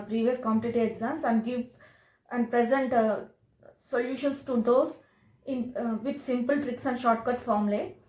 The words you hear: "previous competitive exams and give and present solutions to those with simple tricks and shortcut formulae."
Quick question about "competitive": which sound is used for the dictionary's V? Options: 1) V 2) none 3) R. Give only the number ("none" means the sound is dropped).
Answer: 2